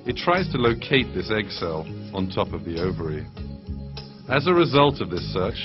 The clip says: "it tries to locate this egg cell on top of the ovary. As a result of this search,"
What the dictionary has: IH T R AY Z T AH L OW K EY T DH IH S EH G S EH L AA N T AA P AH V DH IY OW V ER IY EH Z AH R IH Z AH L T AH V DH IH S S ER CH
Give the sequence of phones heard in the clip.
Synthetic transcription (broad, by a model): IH T R AY Z T AH L OW K EY T DH IH S EH G S EH L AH N T AA P AH V DH IY OW V ER IY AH Z AH R IH Z AH L T AH V DH IH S S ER CH